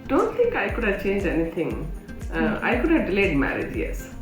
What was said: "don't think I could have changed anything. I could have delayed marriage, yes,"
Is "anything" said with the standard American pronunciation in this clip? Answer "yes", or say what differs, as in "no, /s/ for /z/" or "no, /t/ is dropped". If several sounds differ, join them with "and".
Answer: no, /t/ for /θ/